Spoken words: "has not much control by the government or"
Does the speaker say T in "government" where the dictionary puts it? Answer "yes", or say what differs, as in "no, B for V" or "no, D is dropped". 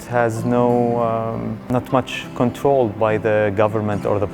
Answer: yes